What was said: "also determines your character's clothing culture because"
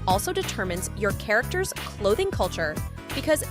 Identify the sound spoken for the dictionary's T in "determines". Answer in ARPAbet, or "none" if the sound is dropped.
T